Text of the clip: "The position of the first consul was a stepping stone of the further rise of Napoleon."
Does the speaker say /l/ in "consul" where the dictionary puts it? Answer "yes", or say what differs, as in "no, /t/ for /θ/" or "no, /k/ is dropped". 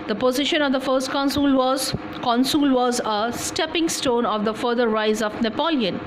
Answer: yes